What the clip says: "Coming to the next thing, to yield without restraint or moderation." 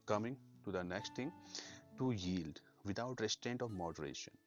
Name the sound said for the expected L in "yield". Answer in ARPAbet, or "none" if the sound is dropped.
L